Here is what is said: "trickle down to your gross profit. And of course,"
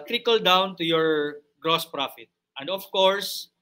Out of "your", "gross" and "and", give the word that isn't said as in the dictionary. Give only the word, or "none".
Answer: none